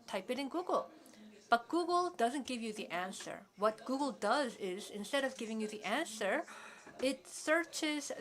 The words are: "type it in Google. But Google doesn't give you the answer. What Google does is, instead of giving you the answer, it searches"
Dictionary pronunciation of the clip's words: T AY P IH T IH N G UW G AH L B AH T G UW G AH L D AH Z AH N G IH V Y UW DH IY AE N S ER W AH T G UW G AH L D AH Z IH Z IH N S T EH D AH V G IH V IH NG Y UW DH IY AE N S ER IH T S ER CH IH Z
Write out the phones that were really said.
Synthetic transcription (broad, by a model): T AY P IH T IH N G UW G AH L B AH T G UW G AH L D AH Z AH N G IH V Y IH DH IY AE N S ER W AH T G UW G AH L D AH Z IH Z IH N S T EH D AH V G IH V IH NG Y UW DH IY AE N S ER IH T S ER CH IH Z